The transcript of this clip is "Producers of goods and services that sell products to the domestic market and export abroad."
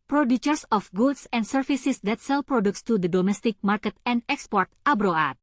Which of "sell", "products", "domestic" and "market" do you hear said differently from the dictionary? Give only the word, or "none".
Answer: none